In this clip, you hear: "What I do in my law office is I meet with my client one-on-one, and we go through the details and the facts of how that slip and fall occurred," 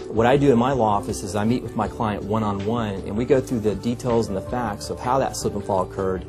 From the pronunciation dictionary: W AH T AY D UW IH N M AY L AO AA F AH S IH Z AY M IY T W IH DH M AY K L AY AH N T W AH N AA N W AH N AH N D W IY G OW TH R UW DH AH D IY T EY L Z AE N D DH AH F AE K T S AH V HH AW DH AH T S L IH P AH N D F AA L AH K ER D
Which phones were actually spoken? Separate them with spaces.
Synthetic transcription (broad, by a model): W AH T AY D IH IH N M AY L AO AA F AH S IH Z AY M IY T W IH DH M AY K L AY AH N T W AH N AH N W AH N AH N W IY G OW TH R UW DH AH D IY T EY L Z N DH AH F AE K T S AH V HH AW DH AH T S IH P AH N F AA L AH K ER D